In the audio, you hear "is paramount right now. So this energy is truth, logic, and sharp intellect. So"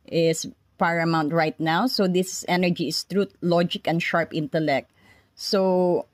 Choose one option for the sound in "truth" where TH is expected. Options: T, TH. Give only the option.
T